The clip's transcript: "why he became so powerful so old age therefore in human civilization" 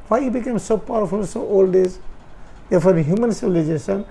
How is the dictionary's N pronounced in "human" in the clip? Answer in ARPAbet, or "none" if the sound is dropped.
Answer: N